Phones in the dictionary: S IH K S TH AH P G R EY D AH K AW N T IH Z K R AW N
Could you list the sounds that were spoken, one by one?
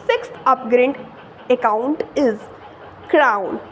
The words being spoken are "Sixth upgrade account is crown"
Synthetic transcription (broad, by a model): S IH K S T AH P G R EY D AH K AW N T IH Z K R AW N